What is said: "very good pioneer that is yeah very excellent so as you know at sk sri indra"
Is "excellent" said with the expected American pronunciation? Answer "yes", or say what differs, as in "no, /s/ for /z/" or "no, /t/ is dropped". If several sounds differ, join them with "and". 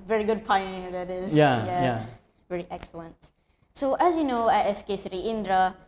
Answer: yes